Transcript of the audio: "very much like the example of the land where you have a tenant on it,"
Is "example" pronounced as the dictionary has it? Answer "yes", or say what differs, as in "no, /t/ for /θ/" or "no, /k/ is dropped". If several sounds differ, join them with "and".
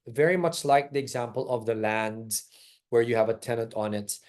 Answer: yes